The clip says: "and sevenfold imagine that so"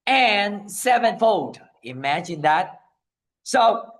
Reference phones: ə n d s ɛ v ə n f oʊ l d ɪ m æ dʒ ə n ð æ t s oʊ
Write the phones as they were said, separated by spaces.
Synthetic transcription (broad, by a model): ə n s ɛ v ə n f oʊ d ɪ m æ dʒ ə n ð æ t s oʊ